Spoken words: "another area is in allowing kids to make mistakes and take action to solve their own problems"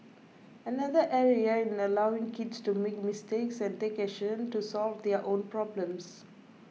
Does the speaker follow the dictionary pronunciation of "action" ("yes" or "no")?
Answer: no